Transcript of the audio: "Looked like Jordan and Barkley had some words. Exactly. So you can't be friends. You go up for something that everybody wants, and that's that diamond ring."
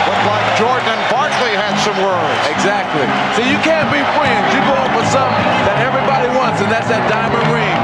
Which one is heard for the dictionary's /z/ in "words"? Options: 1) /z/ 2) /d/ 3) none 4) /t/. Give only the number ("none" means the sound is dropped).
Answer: 3